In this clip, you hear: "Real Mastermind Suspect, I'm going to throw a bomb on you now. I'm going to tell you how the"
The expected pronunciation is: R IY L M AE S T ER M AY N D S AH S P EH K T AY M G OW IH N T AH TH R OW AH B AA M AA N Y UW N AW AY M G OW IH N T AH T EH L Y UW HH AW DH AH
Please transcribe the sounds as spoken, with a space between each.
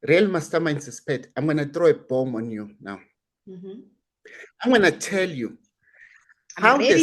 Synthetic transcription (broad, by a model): R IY L M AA S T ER M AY N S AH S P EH T AY M G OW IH N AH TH R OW AH B AA M AA N Y UW N AW AY M G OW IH N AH T EH L Y UW HH AW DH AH